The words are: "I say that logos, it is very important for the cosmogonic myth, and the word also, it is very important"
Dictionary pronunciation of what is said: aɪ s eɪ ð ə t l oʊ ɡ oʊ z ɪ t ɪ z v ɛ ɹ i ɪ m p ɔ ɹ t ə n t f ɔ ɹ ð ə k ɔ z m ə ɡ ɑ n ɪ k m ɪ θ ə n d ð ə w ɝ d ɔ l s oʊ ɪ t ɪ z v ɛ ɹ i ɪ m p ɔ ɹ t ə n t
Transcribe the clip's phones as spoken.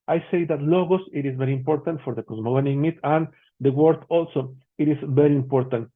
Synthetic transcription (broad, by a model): aɪ s eɪ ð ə t l oʊ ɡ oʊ s ɪ t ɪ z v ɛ ɹ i ɪ m p ɔ ɹ t ə n t f ɔ ɹ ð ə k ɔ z m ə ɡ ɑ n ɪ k m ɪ t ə n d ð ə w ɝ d ɔ l s oʊ ɪ t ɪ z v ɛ ɹ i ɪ m p ɔ ɹ t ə n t